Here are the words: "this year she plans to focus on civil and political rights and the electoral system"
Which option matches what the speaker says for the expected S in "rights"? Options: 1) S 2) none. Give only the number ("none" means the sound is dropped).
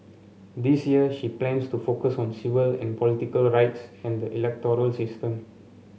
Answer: 1